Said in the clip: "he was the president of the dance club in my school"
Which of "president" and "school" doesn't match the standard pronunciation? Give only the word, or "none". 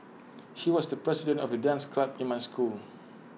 president